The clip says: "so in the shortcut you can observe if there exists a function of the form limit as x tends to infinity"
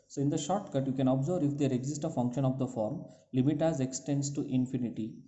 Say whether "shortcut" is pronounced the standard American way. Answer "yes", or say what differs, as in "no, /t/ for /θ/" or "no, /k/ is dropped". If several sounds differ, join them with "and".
yes